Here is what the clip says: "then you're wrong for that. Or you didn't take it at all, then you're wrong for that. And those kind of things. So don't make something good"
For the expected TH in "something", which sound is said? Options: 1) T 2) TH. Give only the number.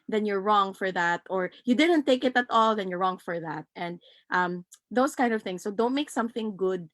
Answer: 2